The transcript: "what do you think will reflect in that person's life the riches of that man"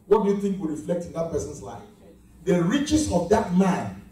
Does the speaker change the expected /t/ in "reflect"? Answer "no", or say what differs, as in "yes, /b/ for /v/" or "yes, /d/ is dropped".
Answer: no